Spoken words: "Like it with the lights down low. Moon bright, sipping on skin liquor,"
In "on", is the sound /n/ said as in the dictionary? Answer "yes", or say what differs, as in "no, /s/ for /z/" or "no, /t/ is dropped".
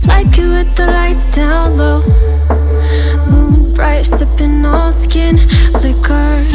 no, /l/ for /n/